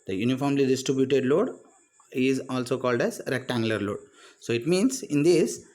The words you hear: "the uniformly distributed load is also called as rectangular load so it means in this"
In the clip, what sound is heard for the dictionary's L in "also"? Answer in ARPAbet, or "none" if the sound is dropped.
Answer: L